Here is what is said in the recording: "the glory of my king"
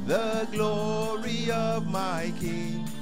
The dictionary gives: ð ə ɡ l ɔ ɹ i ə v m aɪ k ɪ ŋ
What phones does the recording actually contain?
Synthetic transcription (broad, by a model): ð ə ɡ l ɔ ɹ i ə v m aɪ k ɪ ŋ